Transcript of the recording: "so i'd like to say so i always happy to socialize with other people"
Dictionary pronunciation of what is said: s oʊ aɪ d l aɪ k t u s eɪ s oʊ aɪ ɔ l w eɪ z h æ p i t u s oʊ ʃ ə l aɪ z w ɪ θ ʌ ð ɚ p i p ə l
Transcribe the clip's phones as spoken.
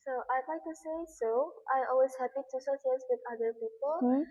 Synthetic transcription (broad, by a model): s oʊ aɪ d l aɪ k t u s eɪ s oʊ aɪ ɔ l w eɪ z h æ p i t u s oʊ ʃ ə aɪ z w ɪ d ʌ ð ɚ p i p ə l